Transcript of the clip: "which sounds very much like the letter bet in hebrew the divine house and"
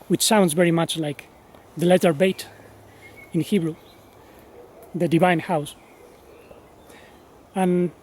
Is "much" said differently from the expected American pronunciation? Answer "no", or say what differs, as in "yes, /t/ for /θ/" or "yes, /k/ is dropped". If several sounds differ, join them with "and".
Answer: no